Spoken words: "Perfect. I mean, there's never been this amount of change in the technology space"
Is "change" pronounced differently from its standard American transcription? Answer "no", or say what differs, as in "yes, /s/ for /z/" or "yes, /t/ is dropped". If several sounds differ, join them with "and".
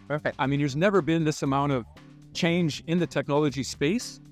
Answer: no